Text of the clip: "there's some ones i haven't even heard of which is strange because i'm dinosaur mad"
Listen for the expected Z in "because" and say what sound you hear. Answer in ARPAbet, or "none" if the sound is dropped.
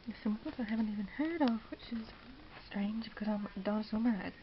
Z